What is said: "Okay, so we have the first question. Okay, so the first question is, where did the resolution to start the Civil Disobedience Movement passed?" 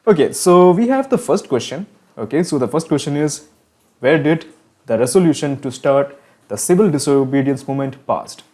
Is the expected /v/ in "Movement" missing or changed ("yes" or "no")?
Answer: yes